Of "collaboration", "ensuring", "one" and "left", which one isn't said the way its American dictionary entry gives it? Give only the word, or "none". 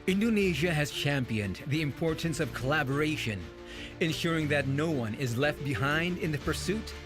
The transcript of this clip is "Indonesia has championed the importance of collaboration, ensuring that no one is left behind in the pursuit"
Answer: none